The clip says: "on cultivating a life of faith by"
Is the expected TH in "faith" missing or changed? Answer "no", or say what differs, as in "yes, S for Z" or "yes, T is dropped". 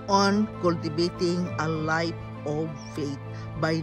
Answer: yes, T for TH